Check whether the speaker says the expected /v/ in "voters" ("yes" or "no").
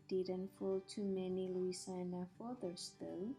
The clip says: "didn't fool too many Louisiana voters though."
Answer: no